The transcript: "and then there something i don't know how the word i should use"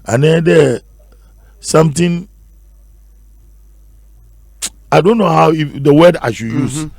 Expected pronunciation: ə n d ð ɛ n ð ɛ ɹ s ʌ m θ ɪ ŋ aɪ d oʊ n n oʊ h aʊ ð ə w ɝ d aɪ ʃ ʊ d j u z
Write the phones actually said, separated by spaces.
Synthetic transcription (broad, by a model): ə n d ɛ n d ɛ s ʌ m t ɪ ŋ aɪ d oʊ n n oʊ h aʊ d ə w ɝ d aɪ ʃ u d j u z